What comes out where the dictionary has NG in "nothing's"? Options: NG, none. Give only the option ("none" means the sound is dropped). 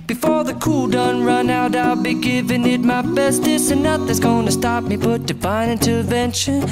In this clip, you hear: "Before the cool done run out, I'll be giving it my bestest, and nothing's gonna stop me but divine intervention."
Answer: none